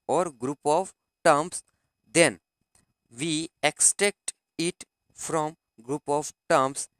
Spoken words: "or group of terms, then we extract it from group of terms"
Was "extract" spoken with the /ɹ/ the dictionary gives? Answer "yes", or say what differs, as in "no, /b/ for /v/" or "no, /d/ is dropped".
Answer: no, /ɹ/ is dropped